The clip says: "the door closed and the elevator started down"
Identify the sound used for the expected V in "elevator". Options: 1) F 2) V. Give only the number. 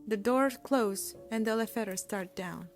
1